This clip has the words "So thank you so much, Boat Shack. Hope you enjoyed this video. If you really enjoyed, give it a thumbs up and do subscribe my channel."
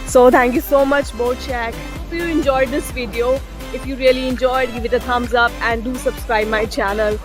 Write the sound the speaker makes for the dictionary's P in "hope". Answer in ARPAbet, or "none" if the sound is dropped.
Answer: F